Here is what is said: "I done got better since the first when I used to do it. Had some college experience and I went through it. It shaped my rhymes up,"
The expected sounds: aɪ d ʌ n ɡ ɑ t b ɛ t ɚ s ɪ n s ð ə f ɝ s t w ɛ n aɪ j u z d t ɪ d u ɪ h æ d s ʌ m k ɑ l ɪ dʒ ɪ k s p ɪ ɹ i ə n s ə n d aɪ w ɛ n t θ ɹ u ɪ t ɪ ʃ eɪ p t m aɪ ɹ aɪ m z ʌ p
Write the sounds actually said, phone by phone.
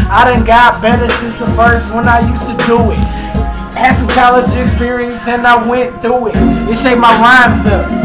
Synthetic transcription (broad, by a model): aɪ d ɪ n ɡ ɑ t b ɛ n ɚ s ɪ s ð ə f ɝ s t w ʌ n aɪ j u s t ɪ d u ɪ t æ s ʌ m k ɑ l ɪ z ɪ k s p ɪ ɹ i ə n s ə n aɪ w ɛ n θ ɹ u ɪ t ɪ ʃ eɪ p m aɪ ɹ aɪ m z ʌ